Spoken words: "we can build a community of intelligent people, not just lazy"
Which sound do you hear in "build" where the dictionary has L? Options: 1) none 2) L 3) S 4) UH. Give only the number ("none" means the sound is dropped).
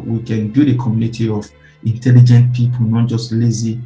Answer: 1